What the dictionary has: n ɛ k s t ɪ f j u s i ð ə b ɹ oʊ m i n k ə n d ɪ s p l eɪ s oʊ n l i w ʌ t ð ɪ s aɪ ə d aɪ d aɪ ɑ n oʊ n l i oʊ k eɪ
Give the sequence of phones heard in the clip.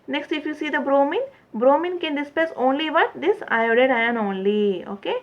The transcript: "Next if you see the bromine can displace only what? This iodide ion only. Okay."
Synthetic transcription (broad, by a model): n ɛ k s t ɪ f j u s i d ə b ɹ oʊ m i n k ə n d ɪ s p eɪ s oʊ n l i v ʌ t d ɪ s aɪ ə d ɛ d aɪ ɑ n oʊ n l i oʊ k eɪ